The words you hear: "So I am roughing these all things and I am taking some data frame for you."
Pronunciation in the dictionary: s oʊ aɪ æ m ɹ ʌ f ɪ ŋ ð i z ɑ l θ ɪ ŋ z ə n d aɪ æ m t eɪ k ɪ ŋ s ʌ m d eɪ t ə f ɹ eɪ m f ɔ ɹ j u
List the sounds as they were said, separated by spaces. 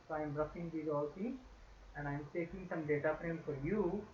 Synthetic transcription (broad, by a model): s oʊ aɪ m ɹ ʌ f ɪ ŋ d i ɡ ɑ l s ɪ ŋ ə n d aɪ m t eɪ k ɪ ŋ s ʌ m d eɪ t ə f ɹ eɪ m f ɔ ɹ j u